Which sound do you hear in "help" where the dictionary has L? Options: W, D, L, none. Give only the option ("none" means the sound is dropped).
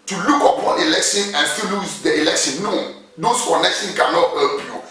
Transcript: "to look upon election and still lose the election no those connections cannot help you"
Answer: none